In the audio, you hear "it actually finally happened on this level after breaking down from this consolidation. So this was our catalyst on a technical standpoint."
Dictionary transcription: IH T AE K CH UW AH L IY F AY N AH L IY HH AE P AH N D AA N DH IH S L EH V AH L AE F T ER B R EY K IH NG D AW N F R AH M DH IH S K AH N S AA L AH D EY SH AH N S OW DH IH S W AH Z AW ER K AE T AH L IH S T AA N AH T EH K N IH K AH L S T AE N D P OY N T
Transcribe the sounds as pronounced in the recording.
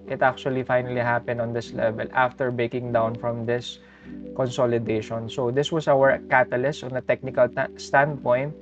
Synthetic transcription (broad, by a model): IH T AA K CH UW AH L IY F AY N AH L IY HH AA P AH N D AA N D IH S L EH V AH L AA F T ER B EY K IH NG D AW N F R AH M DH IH S K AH N S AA L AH D EY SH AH N S OW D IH S W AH S AW ER K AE T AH L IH S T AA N AH T EH K N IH K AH L S T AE N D P OY N T